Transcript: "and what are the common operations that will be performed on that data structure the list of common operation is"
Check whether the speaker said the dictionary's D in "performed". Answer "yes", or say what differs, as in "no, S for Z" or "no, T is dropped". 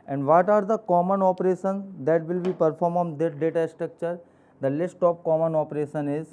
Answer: no, D is dropped